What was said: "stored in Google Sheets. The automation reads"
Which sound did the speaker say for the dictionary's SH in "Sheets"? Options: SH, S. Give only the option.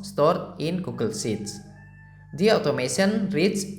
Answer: S